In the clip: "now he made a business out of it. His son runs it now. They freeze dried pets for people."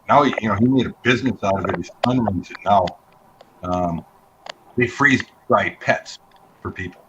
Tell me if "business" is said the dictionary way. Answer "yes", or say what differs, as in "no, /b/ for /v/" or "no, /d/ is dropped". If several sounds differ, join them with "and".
yes